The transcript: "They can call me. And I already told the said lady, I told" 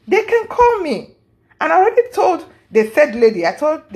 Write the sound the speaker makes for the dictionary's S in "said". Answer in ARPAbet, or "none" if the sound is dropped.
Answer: TH